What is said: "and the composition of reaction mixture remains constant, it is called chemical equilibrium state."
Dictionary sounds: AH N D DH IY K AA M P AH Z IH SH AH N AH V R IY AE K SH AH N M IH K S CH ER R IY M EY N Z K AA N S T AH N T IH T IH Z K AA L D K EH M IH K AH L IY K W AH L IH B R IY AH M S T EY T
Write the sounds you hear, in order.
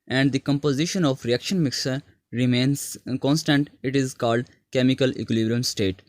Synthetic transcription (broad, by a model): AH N D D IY K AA M P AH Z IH SH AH N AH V R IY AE K SH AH N M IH K S ER R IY M EY N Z K AA N S T AH N T IH T IH Z K AA L D K EH M IH K AH L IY K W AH L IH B R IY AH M S T EY T